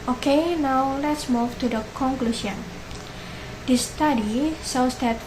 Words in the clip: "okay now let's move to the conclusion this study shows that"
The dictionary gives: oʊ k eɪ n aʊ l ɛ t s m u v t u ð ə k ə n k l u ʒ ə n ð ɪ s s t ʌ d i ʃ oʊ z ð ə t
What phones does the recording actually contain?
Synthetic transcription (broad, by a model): oʊ k eɪ n aʊ l ɛ t s m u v t u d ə k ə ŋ k l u s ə n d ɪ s s t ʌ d i s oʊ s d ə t